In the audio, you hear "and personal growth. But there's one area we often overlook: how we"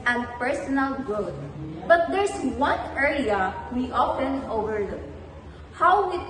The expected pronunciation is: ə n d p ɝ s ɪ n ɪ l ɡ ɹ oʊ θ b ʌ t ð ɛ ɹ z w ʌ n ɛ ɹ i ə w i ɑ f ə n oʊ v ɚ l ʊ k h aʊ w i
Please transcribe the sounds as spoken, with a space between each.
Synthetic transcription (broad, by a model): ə n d p ɝ s ɪ n ɪ l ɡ oʊ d b ʌ t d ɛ ɹ s w ʌ n ɛ ɹ i ə w i ɑ f ə n oʊ v ɚ l ʊ k h aʊ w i